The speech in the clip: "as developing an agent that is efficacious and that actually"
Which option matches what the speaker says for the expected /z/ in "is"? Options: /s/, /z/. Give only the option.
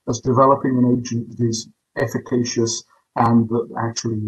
/z/